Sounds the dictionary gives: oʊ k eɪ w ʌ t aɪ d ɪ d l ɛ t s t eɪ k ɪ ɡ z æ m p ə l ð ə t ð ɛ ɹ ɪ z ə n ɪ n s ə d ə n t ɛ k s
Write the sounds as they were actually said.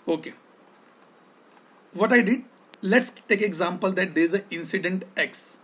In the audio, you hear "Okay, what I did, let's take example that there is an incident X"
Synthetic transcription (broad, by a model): oʊ k eɪ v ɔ t aɪ d ɪ d l ɛ t s t eɪ k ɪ ɡ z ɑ m p ə l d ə t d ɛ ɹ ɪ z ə ɪ n s ə d ə n t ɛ k s